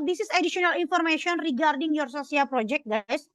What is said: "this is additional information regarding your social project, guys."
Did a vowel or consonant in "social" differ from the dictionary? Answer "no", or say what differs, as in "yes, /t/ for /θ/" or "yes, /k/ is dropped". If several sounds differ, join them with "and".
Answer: yes, /s/ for /ʃ/